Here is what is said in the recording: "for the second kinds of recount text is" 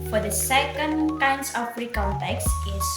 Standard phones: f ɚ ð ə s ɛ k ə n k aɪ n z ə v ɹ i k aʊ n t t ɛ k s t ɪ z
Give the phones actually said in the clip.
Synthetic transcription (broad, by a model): f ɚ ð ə s ɛ k ə n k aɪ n s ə p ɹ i k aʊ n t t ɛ k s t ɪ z